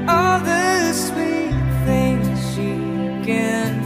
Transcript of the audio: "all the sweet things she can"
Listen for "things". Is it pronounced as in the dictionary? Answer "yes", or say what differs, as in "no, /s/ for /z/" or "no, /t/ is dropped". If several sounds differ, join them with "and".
yes